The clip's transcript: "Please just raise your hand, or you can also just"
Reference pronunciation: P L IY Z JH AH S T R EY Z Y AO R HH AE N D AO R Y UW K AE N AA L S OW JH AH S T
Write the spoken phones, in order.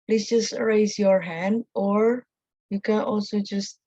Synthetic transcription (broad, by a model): P L IY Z JH AH S T R EY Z Y AO R HH AE N D AO R Y UW K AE N AA L S OW JH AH S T